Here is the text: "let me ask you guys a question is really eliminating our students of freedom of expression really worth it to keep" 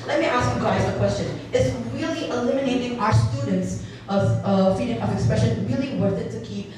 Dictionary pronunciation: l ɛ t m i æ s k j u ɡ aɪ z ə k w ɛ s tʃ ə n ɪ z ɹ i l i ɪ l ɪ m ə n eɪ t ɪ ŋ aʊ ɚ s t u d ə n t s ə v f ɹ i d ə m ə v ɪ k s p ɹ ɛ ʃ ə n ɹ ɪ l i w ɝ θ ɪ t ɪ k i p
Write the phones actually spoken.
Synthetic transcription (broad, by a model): l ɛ t m i æ s k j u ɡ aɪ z ə k w ɛ s tʃ ə n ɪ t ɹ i l i ɪ l ɪ m ə n eɪ t ɪ ŋ aʊ ɚ s t u d n t s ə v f i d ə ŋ ə v ɪ k s p ɹ ɛ ʃ ə n ɹ ɪ l i w ɝ θ ɪ t ɪ k i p